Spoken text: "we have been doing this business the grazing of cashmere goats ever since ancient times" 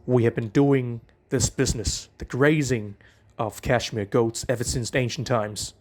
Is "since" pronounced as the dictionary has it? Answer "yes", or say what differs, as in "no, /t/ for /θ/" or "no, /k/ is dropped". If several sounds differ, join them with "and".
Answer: yes